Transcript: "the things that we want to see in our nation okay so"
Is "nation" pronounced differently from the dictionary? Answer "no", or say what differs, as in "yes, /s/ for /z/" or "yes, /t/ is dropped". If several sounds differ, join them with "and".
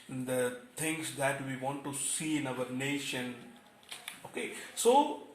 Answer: no